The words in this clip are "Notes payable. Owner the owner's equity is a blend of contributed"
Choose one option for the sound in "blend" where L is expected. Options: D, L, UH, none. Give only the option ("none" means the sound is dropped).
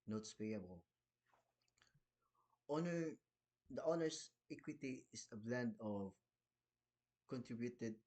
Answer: L